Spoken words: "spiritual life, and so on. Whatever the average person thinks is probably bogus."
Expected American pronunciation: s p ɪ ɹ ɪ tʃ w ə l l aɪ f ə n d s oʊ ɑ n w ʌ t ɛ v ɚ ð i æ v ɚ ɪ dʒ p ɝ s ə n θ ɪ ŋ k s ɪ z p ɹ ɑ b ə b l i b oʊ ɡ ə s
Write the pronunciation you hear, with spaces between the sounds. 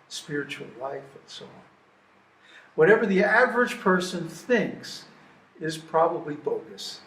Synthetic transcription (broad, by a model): s p ɪ ɹ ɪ tʃ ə l l aɪ f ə n s oʊ ɑ n w ʌ t ɛ v ɚ ð i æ v ɚ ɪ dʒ p ɝ s ə n θ ɪ ŋ k s ɪ z p ɹ ɑ b ə b l i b oʊ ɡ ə s